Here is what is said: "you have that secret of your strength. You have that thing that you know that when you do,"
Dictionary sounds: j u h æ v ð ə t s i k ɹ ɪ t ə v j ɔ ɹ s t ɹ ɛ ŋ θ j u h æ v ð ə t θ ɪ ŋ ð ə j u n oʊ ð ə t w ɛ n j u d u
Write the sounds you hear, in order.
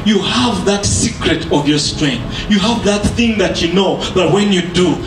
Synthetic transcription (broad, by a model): j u h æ v ð ə t s i k ɹ ɪ t ə v j ɔ ɹ s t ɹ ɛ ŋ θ j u h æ v ð ə t θ ɪ ŋ ð ə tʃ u n oʊ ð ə t w ɛ n j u d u